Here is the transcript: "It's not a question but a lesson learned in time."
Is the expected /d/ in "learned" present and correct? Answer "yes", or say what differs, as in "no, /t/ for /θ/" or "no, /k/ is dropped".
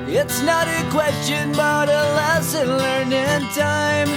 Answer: no, /d/ is dropped